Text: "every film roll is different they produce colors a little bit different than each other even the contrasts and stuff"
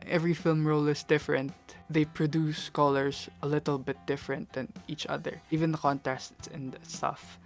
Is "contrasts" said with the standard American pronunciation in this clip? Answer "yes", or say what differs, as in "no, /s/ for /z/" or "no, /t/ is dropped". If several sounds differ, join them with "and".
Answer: no, /ɹ/ is dropped